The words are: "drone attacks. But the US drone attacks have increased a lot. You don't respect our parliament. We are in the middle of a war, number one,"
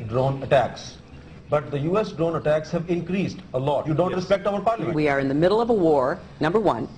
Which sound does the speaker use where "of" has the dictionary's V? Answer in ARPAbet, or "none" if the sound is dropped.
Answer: V